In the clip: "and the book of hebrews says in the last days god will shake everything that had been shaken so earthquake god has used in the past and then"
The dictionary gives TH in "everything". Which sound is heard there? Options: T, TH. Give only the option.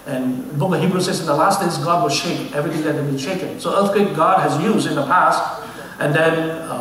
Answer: TH